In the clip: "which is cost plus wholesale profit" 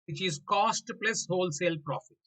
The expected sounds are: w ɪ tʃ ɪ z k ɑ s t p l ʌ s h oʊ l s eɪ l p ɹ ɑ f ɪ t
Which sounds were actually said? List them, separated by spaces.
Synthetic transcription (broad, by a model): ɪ tʃ ɪ z k ɑ s t p l ʌ s h oʊ l s eɪ l p ɹ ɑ f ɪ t